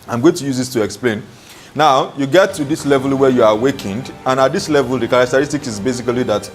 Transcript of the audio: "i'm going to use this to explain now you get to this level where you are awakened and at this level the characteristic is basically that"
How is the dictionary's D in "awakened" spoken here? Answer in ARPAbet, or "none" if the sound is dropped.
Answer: D